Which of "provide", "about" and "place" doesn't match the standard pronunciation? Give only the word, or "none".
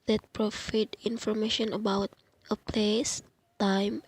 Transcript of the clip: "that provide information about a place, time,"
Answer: provide